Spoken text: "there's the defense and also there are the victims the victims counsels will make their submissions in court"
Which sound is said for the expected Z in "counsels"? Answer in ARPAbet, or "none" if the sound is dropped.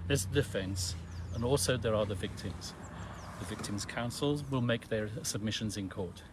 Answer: Z